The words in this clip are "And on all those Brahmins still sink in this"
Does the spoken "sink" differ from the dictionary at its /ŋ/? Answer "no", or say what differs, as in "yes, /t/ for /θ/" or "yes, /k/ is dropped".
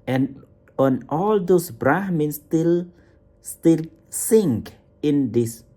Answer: no